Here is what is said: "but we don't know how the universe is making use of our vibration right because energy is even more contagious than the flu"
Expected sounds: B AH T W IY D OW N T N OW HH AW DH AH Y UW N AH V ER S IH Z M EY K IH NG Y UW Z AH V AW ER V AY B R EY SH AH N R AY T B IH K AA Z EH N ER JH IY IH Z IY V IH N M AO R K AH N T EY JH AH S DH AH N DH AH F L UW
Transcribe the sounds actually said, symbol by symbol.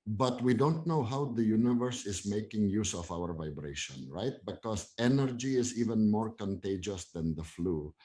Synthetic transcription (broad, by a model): B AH T W IY D OW N T N OW HH AW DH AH Y UW N AH V ER S IH Z M EY K IH NG Y UW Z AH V AW ER V AY B R EY SH AH N R AY T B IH K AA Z EH N ER JH IY IH Z IY V IH N M AO R K AH N T EY JH AH S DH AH N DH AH F L UW